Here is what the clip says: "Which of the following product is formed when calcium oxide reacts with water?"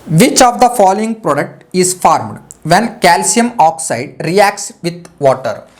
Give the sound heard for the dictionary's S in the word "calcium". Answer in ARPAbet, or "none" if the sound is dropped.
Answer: S